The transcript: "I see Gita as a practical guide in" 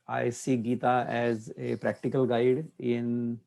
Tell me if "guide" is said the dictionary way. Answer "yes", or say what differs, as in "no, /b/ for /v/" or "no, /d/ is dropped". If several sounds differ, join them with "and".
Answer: yes